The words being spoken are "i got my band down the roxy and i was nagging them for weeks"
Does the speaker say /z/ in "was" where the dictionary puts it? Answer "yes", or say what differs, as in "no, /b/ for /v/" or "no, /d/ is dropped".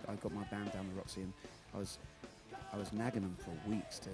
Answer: yes